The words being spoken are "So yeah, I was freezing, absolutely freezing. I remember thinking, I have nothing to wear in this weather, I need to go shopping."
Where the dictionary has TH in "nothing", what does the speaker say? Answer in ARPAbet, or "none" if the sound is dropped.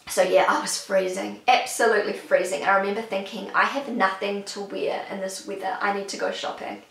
TH